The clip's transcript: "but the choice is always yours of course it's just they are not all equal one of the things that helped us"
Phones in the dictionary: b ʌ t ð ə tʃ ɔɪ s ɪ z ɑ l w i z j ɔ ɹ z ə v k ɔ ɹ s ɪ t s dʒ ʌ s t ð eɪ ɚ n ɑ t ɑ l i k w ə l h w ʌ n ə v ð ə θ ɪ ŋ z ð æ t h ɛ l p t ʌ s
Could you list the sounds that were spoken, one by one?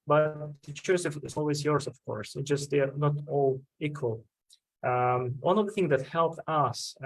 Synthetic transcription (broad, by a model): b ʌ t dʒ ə s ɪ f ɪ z ɑ l w i z j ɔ ɹ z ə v k ɔ ɹ s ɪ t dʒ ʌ s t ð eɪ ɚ n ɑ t ɑ l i k w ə l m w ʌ n ə v ð ə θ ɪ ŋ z ð æ t h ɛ l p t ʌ s